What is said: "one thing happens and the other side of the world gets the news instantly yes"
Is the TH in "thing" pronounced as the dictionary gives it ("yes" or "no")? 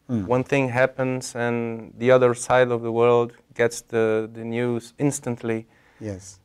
yes